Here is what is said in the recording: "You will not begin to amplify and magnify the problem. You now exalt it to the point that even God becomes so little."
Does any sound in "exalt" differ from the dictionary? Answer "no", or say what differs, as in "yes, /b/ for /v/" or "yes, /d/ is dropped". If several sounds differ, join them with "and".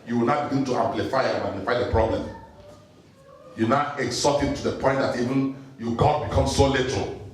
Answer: yes, /l/ is dropped